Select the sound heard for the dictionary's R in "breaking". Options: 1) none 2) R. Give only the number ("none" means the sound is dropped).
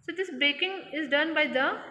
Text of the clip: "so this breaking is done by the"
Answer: 1